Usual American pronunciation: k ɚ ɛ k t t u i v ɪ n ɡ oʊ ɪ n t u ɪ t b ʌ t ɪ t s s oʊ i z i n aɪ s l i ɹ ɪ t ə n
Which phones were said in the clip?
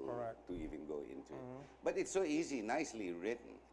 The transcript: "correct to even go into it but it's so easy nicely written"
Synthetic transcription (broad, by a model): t t u i v ɪ n ɡ oʊ ɪ n t u ɪ t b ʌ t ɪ t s s oʊ i z i n aɪ s l i ɹ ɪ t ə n